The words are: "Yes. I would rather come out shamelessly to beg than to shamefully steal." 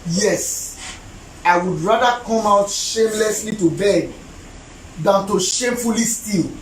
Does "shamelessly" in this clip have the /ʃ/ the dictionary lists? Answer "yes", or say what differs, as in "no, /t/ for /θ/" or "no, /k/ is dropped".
yes